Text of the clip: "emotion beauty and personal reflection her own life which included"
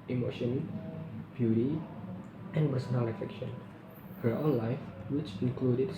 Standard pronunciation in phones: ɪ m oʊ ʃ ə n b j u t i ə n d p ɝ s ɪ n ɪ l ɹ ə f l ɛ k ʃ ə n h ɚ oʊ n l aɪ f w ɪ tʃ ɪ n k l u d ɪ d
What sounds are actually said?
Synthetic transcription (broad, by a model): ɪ m oʊ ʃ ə n b j u t i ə n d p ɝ s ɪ n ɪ l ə f ɛ k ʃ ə n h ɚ oʊ n l aɪ f w ɪ tʃ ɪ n k l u d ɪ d